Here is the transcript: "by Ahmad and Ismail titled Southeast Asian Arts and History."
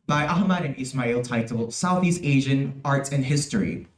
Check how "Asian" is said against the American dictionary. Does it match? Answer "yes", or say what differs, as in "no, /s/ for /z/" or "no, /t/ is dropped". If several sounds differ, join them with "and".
yes